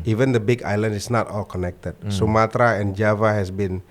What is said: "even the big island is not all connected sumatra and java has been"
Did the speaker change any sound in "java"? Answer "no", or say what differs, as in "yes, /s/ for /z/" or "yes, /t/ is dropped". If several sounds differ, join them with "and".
no